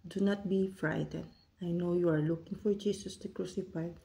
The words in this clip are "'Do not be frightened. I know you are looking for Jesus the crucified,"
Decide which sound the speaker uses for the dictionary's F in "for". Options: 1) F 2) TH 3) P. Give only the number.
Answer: 1